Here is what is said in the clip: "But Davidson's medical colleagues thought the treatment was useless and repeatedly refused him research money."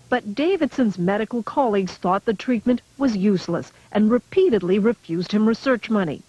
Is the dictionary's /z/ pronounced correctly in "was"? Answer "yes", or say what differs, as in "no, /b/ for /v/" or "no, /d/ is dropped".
yes